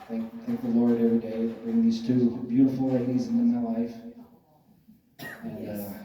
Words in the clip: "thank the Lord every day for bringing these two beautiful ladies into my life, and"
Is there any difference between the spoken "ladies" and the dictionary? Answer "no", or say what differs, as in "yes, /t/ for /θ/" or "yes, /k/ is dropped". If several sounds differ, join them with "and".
no